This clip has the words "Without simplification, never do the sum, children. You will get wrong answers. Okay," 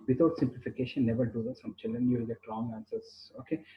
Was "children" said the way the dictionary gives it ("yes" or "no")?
yes